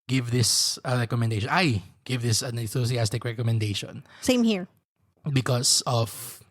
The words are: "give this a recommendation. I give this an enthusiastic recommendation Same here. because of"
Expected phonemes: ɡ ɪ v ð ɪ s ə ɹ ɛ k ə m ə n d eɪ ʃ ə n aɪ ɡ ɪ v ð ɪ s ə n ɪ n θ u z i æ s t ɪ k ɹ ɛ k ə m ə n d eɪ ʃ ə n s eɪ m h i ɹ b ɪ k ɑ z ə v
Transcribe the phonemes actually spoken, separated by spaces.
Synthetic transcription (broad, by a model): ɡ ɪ v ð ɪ s ə ɹ ɛ k ə m ə n d eɪ ʃ ə n aɪ ɡ ɪ v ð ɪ s ə n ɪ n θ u s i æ s t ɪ k ɹ ɛ k ə m ə n d eɪ ʃ ə n s eɪ m h i ɹ b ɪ k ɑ s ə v